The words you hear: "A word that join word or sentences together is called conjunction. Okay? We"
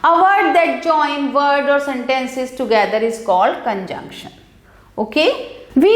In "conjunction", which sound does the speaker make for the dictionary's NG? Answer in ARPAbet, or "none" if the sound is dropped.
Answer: NG